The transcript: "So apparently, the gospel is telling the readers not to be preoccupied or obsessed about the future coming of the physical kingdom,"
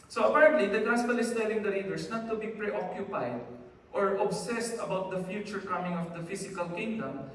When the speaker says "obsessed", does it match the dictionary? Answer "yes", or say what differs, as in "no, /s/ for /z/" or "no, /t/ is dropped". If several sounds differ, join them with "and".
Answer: yes